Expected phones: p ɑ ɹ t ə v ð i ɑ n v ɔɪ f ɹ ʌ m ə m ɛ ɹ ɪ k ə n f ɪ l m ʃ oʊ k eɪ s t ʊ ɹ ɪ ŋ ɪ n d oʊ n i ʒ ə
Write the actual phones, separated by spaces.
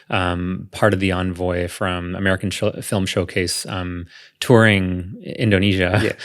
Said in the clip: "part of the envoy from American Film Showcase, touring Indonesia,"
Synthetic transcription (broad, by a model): p ɑ ɹ t ə v ð i ɑ n v ɔɪ f ɹ ʌ m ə m ɛ ɹ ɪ k n f ɪ l m ʃ oʊ k eɪ s t ʊ ɹ ɪ ŋ ɪ n d oʊ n i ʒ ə